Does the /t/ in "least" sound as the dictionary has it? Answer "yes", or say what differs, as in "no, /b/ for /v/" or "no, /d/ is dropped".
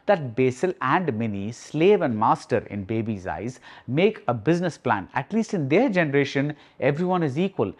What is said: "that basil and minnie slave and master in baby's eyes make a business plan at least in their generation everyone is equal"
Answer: yes